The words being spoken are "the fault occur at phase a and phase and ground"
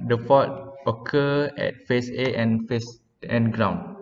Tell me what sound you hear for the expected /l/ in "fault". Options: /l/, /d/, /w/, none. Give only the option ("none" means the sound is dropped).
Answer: none